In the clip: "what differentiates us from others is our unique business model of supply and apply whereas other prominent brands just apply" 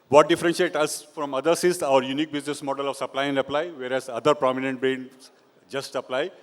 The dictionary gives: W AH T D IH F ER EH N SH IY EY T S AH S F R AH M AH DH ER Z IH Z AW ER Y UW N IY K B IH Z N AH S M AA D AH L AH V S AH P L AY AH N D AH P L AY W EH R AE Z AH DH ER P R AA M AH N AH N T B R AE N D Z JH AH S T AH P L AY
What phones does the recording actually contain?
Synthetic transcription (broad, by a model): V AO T D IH F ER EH N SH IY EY T AH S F R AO M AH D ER S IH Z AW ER Y UW N IY K B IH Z N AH S M AA D AH L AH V S AH P L AY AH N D AH P L AY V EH R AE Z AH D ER P R AA M AH N AH N T B R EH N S JH AH S T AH P L AY